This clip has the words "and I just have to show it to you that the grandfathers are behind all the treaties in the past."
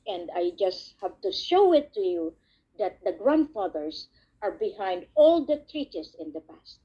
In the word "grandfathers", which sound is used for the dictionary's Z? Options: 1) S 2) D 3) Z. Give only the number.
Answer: 1